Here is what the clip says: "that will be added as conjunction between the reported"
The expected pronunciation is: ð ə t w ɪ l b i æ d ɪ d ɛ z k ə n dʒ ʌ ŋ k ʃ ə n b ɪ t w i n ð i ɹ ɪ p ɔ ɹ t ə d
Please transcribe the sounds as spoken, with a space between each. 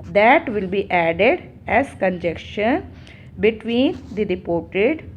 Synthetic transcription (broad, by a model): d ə t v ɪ l b i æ d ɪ d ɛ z k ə n dʒ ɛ k ʃ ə n b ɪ t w i n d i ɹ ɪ p ɔ ɹ t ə d